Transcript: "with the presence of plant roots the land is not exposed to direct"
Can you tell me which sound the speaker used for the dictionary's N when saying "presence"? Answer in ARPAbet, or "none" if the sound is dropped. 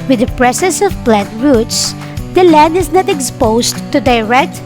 none